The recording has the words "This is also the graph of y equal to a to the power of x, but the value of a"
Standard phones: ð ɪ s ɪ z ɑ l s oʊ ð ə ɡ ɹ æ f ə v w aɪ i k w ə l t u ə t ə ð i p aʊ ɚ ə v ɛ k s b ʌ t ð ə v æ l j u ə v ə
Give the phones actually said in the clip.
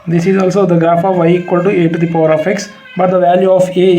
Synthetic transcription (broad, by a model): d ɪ s ɪ z ɑ l s oʊ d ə ɡ ɹ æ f ə v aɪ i k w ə l t u ə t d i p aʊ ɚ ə f ɛ k s b ʌ t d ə v æ l j u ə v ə